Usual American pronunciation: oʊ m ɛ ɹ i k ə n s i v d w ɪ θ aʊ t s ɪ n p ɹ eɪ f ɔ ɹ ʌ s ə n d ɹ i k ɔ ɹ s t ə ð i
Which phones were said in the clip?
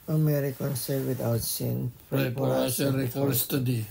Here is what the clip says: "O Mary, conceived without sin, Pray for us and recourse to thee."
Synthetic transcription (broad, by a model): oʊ m ɛ ɹ i k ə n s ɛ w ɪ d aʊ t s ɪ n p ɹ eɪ p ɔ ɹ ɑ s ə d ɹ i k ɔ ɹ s t ə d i